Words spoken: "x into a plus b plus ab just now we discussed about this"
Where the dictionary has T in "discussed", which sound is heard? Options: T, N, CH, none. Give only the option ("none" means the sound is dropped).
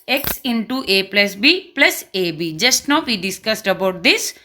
T